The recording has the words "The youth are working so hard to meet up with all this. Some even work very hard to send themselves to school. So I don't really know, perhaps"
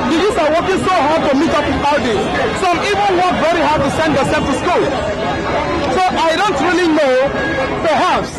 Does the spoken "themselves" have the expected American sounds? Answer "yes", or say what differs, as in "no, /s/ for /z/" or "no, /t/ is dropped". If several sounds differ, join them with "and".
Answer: no, /m/ is dropped